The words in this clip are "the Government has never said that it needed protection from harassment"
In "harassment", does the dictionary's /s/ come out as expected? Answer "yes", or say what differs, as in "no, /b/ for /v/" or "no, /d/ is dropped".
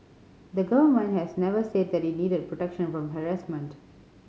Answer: yes